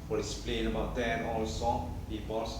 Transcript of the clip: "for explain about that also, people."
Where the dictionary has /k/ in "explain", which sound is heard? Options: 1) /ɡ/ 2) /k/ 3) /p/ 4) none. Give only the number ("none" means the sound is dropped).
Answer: 4